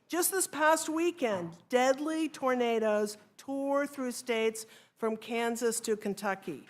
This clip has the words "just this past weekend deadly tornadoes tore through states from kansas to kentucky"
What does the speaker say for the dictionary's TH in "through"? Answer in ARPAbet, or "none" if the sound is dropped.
TH